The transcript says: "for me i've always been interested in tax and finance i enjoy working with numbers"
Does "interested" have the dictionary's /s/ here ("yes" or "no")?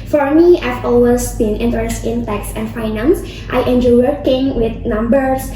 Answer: no